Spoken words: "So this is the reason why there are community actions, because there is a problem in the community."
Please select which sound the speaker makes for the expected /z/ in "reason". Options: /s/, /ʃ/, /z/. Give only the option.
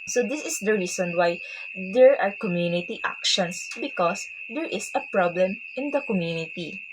/s/